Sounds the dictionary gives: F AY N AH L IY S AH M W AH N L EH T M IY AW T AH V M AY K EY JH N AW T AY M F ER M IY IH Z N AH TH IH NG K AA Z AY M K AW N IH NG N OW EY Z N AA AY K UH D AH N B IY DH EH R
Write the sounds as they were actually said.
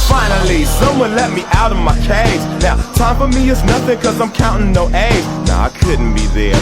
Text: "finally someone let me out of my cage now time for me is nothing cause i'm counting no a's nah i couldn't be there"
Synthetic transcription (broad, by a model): F AY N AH L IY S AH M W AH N L EH T M IY AW T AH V M AY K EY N N AW T AY M F ER M IY IH Z N AH TH IH NG K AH Z AY M K AW N IH NG N OW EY N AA AY K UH D N B IY DH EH R